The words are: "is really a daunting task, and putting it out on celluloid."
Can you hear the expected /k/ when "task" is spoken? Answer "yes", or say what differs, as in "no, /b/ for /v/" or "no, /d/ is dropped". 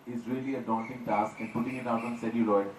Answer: yes